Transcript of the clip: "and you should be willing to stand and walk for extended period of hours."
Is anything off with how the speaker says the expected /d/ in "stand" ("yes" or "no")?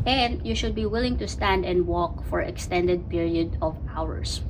no